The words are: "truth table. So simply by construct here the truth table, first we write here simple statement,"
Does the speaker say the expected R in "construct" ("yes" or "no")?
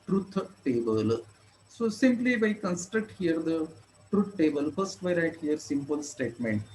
yes